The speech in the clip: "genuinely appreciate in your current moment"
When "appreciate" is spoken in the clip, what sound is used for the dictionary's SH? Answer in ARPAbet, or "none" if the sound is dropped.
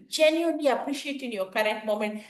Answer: SH